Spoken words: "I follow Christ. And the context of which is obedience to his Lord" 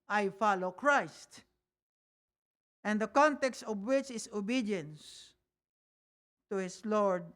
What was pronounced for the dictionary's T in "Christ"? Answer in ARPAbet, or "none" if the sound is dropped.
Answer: T